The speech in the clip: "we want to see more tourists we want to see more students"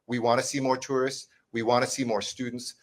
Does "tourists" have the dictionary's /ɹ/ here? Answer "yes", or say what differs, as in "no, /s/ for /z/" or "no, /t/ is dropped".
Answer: yes